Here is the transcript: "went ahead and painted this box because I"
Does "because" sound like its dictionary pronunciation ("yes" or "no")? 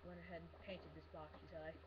no